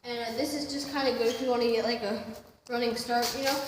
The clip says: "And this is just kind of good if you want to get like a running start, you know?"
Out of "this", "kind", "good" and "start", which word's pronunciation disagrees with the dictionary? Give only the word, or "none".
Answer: good